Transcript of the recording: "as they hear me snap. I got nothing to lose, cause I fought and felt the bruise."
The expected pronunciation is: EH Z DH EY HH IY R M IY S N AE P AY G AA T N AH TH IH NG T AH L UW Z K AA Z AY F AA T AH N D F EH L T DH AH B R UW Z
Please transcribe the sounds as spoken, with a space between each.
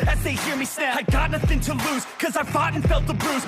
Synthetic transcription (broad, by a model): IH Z DH EY HH IY R M IY S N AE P AY G AA T N AH TH IH NG T AH L UW Z K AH Z AY F AA T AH N F EH L T DH AH B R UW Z